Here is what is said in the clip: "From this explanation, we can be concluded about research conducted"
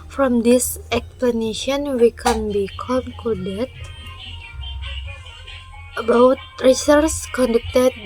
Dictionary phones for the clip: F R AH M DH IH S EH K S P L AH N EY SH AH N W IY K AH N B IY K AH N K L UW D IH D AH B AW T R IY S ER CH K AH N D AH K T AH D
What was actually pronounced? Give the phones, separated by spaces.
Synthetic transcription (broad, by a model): F R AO M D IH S EH K S P L AH N EY SH AH N W IY K AH N B IY K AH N K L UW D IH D AH B AW T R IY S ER S K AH N D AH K T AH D